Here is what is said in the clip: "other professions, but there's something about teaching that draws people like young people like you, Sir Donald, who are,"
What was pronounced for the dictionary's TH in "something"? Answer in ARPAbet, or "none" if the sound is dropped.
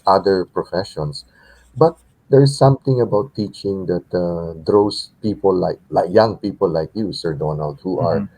T